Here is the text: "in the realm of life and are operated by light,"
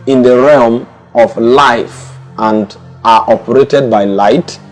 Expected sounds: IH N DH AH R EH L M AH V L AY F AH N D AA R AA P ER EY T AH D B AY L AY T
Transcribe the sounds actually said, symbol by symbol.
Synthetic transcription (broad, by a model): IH N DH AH R EH L M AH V L AY F AH N D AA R AA P ER EY T AH D B AY L AY T